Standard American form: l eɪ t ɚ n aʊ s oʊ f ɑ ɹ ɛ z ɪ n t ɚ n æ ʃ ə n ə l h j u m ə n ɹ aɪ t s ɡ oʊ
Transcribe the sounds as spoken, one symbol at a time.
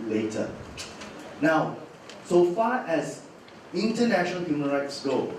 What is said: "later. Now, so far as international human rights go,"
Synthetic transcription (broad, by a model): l eɪ t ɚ n aʊ s oʊ f ɑ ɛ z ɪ n t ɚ n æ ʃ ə n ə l h j u m ə n ɹ aɪ t s ɡ oʊ